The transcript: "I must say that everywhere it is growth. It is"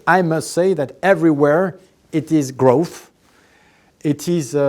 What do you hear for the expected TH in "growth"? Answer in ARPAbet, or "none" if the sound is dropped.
TH